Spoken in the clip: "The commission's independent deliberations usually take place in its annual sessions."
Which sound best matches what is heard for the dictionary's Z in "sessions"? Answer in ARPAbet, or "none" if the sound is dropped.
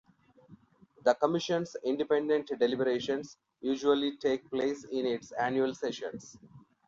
S